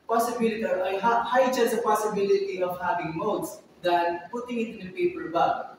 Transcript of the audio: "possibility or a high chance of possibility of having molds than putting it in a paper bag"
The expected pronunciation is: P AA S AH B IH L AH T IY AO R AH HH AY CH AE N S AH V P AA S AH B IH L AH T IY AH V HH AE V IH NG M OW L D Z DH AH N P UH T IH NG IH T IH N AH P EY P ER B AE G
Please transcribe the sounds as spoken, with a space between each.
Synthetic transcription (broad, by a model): P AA S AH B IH L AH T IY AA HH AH HH AY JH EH S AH P AA S AH B IH L AH T IY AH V HH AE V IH NG M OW D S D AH N P UH T IH NG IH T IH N AH P EY P ER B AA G